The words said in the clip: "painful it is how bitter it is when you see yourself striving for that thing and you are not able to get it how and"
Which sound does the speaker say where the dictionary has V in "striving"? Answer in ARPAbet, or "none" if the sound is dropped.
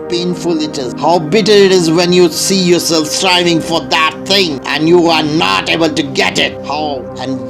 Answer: V